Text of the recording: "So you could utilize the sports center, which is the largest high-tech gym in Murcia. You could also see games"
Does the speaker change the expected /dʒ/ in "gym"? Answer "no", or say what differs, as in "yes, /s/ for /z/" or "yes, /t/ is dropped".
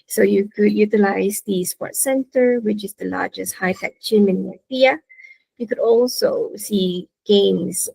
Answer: yes, /ʃ/ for /dʒ/